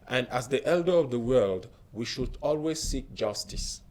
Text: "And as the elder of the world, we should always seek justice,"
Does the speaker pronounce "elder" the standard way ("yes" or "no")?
yes